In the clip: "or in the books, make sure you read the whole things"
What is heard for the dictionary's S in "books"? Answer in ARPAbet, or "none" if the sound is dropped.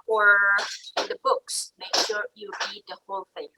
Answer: S